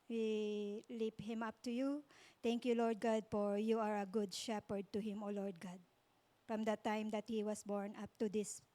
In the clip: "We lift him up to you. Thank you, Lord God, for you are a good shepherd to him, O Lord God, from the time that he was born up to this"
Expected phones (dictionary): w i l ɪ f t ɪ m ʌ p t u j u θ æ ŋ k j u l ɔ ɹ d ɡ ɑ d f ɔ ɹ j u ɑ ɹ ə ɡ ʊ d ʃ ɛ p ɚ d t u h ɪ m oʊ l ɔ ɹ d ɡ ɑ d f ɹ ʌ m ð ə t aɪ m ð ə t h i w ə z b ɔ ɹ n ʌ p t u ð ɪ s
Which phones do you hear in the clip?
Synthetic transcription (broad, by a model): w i l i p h ɪ m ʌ p t u j u t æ ŋ k j u l ɔ ɹ d ɡ ɑ d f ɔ ɹ j u ɑ ɹ ə ɡ ʊ d ʃ ɛ p ɚ d t u h ɪ m oʊ l ɔ ɹ d ɡ ɑ d f ɹ ʌ m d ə t aɪ m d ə t h i w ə s b ɔ ɹ n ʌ p t u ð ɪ s